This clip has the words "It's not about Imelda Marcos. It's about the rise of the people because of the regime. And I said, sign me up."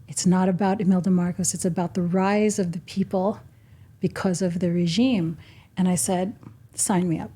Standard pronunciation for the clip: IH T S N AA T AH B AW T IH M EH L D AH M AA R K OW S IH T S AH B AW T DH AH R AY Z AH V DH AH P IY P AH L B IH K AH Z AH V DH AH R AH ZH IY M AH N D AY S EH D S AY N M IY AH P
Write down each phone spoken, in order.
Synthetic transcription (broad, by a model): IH T S N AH T AH B AW T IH M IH L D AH M AA R K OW S IH T S AH B AW T DH AH R AY Z AH V DH AH P IY P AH L B IH K AH Z AH V DH AH R AH ZH IY M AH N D AY S EH D S AY N M IY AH P